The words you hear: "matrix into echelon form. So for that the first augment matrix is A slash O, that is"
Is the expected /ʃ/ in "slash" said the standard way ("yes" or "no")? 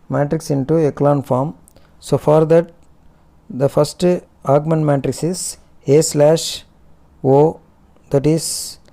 yes